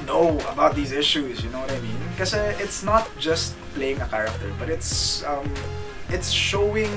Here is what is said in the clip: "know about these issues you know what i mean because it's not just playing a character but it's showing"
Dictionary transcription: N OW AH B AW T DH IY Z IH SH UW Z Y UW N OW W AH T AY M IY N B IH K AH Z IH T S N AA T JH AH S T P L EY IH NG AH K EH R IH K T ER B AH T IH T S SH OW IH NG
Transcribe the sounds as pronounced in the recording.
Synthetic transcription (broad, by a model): N OW AH B AW T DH IY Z IH SH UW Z Y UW N OW W AH T AY M IY N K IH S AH IH T S N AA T JH AH S T P L EY IH NG AH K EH R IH K T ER B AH T IH T S SH OW IH NG